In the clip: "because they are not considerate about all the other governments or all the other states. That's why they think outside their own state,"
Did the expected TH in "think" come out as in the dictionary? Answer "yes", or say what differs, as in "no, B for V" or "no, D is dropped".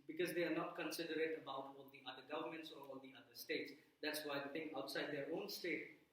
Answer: no, T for TH